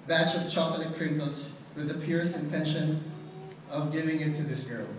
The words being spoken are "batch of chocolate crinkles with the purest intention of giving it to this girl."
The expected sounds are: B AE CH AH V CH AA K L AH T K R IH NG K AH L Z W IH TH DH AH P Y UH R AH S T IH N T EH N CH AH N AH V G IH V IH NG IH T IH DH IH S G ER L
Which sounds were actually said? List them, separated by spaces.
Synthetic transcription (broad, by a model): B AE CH AH V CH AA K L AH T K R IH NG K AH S W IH DH AH P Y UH R S IH N T EH N SH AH N AH V G IH V IH NG IH T IH DH IH S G ER L